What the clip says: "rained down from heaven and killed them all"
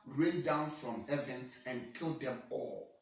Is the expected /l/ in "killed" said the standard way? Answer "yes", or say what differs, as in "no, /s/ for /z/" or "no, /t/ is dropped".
yes